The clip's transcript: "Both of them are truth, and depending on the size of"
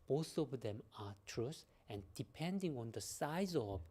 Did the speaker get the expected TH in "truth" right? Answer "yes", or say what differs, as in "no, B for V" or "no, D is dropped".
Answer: no, S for TH